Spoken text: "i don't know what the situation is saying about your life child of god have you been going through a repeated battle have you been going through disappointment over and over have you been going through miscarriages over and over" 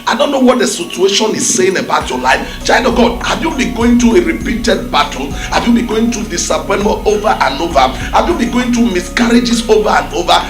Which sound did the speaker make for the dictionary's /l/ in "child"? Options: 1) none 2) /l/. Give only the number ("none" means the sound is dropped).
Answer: 1